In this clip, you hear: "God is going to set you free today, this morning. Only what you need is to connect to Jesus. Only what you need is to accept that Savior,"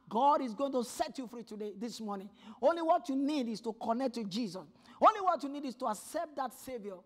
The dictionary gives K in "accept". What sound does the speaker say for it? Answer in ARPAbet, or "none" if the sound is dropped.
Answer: K